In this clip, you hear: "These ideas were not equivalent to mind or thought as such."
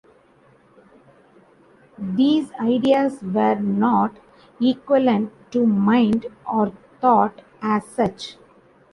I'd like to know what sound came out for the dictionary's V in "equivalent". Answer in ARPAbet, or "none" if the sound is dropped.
none